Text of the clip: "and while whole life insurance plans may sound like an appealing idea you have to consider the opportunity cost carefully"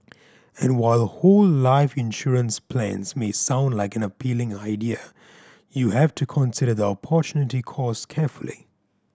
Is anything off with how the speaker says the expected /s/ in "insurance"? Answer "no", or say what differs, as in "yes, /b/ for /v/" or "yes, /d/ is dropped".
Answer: no